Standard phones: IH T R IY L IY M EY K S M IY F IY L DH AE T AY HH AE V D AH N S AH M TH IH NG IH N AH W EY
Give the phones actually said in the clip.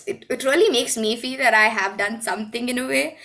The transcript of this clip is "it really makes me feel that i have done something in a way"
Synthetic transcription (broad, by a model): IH T R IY L IY M EY K S M IY F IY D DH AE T AY HH AE V D AH N S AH M T IH NG IH N AH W EY